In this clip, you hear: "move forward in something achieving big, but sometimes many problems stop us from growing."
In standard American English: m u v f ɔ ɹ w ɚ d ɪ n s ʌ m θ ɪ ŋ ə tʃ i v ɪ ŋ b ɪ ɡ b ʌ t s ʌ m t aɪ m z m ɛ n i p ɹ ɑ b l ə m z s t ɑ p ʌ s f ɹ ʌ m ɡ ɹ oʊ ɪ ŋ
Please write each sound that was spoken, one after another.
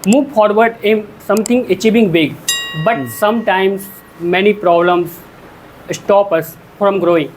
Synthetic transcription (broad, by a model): m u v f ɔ ɹ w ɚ d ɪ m s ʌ m t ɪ ŋ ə tʃ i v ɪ ŋ b ɪ ɡ b ʌ t s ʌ m t aɪ m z m ɛ n i p ɹ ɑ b l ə m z s t ɑ p ʌ s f ɹ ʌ m ɡ ɹ oʊ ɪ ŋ